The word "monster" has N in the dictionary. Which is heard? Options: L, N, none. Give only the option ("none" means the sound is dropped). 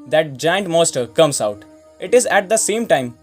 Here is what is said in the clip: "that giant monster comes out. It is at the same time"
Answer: none